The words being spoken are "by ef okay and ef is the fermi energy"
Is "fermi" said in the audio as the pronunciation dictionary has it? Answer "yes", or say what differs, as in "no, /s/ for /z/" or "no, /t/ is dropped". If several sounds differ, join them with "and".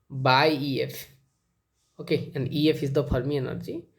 no, /p/ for /f/